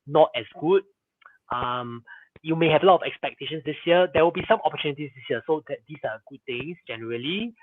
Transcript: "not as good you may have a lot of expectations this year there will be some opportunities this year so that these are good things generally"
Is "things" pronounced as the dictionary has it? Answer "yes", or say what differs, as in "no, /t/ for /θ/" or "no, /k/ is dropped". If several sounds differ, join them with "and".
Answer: no, /t/ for /θ/ and /s/ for /z/